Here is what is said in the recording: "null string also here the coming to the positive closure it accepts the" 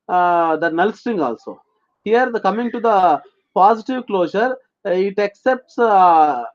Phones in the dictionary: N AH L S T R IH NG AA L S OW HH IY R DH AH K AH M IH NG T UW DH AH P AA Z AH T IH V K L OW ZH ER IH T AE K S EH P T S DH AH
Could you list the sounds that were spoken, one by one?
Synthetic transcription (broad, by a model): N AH L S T IH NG AA L S OW HH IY R K AH M IH NG T UW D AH P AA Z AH T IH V K L OW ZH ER IH T AE K S EH P T S